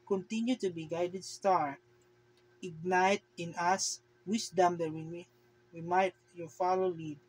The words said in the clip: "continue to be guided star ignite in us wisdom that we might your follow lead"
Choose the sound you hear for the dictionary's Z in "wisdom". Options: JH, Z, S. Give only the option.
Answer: S